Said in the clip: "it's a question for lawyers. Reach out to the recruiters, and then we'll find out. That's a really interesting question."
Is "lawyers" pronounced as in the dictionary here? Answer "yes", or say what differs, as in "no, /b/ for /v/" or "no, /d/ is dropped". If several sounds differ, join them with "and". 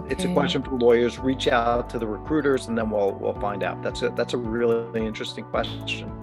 yes